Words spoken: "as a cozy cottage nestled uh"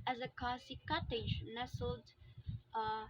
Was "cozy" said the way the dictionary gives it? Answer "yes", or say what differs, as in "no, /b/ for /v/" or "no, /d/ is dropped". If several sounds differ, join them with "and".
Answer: no, /s/ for /z/